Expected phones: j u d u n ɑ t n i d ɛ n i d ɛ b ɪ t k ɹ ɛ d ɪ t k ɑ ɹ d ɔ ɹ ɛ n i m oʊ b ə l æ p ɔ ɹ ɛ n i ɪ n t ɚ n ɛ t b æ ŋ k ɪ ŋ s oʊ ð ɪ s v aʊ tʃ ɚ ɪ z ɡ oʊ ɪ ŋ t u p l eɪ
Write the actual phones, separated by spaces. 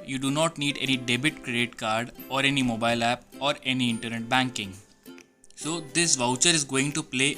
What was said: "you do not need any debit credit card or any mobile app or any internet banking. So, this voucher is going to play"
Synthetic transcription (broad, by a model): j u d u n ɑ t n i d ɛ n i d ɛ b ɪ t k ɹ ɛ d ɪ t k ɑ ɹ d ɔ ɹ ɛ n i m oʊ b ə l æ p ɔ ɹ ɛ n i ɪ n t ɚ n ɛ t b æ ŋ k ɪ ŋ s oʊ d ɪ s v aʊ tʃ ɚ ɪ z ɡ oʊ ɪ ŋ t u p l eɪ